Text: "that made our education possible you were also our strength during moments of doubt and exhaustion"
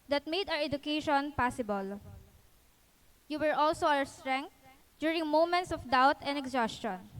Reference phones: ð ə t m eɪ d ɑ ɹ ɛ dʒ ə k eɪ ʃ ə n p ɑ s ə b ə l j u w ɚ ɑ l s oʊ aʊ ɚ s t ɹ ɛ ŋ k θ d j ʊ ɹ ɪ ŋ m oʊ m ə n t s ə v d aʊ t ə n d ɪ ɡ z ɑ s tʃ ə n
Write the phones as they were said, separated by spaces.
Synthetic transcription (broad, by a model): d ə t m eɪ d ɑ ɹ ɛ dʒ ə k eɪ ʃ ə n p ɑ s ə b ə l j u w ɚ ɑ l s oʊ aʊ ɚ s t ɹ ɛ ŋ k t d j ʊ ɹ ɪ ŋ m oʊ m ə n t s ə f d aʊ t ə n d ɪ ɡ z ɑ s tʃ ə n